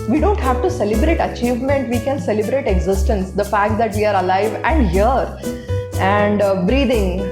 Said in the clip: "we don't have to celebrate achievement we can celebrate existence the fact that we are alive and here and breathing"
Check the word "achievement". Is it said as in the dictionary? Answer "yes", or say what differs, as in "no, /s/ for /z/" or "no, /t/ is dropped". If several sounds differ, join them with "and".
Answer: yes